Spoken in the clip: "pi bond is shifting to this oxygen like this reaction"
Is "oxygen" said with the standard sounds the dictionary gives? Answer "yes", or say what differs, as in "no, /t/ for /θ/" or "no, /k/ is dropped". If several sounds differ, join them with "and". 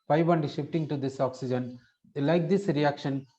yes